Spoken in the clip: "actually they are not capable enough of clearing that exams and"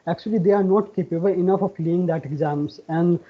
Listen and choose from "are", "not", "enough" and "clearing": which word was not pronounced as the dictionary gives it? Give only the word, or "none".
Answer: clearing